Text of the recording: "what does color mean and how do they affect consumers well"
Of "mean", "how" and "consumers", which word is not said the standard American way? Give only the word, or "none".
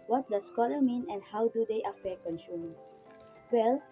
consumers